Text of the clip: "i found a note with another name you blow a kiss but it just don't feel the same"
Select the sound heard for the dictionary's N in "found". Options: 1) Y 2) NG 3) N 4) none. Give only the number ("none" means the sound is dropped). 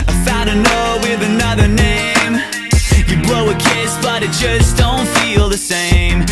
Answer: 4